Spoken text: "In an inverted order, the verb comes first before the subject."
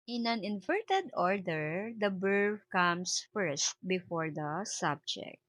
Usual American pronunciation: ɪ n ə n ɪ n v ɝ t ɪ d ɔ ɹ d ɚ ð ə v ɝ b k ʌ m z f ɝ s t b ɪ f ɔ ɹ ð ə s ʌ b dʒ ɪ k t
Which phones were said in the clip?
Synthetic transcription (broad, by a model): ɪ n ə n ɪ n v ɝ t ɪ d ɔ ɹ d ɚ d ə b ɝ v k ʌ m s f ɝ s t b ɪ f ɔ ɹ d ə s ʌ b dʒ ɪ k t